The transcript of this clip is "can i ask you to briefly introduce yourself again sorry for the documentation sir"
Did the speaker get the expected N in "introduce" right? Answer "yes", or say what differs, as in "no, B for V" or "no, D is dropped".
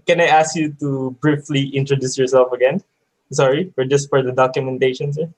yes